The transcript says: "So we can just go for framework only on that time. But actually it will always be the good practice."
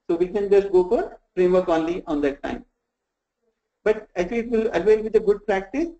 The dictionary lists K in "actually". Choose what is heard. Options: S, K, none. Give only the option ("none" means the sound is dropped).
none